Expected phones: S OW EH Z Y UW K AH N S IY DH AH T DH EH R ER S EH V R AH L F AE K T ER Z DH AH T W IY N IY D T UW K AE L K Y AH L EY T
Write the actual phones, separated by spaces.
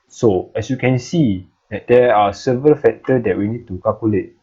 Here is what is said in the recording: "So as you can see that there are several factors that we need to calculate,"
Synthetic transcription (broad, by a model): S OW EH S Y UW K AH N S IY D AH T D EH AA S EH V R AH L F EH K T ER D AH T W IY N IY D T UW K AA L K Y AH L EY T